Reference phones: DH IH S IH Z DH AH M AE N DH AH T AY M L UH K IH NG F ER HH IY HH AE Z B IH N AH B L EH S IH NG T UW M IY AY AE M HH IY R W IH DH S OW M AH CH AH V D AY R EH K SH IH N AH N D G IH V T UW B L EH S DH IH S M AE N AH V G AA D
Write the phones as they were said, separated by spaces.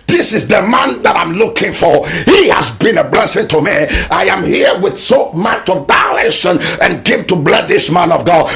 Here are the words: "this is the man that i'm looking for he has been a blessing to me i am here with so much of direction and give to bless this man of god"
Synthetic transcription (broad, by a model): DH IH S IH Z DH AH M AE N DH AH T AY M L UH K IH NG F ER HH IY HH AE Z B IH N AH B L EH S IH NG T UW M IY AY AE M HH IY R W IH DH S OW M AH CH AH V D AY L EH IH SH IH N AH N G IH V T UW B L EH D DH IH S M AE N AH V G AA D